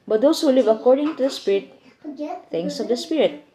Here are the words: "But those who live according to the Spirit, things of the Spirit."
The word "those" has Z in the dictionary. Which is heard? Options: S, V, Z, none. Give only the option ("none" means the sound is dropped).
S